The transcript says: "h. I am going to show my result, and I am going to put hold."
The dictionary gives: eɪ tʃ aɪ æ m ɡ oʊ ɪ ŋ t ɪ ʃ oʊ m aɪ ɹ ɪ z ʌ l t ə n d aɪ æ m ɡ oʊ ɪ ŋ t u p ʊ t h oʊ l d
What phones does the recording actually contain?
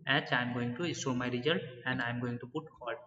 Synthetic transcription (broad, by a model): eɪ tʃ aɪ m ɡ oʊ ɪ ŋ t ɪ s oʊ m aɪ ɹ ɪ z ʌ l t ə n d aɪ m ɡ oʊ ɪ ŋ t u p ʊ t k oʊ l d